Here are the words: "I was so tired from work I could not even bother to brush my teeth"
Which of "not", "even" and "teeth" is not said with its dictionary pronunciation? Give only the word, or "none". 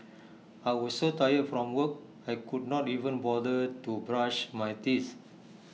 teeth